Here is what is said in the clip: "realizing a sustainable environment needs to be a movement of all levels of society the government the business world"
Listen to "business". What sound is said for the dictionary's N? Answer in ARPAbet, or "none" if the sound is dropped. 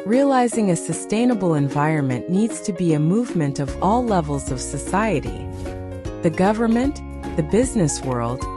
N